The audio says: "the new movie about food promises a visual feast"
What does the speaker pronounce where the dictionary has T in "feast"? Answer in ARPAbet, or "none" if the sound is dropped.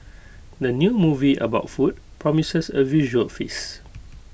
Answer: none